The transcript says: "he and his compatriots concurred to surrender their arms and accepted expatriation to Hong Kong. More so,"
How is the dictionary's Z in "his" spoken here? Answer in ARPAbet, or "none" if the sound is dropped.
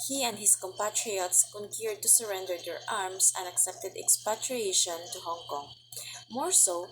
S